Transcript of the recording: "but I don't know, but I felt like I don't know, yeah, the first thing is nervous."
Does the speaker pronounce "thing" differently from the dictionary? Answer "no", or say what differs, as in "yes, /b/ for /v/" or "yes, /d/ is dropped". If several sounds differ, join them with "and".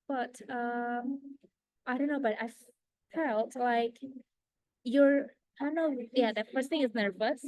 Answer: no